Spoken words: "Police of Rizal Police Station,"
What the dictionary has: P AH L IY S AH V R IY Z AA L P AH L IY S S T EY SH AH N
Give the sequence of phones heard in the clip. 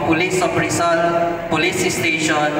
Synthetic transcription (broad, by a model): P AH L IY S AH P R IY S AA N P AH L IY S S T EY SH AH N